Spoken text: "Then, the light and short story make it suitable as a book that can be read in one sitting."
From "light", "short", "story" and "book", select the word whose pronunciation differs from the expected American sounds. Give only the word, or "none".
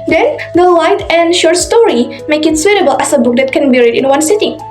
none